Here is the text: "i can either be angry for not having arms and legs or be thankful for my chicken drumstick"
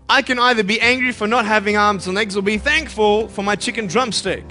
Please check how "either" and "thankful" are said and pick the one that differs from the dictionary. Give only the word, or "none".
none